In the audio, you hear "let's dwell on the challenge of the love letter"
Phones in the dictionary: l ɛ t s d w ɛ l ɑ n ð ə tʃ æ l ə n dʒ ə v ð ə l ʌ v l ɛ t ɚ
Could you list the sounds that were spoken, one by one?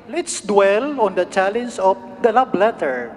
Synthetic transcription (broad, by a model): l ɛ t s d w ɛ l ɑ n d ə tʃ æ l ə n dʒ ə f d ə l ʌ b l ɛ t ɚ